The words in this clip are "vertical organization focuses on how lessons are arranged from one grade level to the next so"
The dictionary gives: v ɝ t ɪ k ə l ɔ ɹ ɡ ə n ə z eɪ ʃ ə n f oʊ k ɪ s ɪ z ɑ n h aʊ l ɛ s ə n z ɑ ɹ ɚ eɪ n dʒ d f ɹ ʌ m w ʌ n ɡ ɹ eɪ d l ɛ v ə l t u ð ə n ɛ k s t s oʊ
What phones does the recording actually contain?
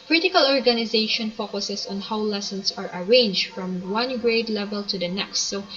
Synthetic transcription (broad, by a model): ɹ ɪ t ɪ k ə l ɔ ɹ ɡ ə n ə z eɪ ʃ ə n f oʊ k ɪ s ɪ s ɑ n h aʊ l ɛ s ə n s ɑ ɹ ɚ eɪ n dʒ d f ɹ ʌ m w ʌ n ɡ ɹ eɪ d l ɛ v ə l t u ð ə n ɛ k s t s oʊ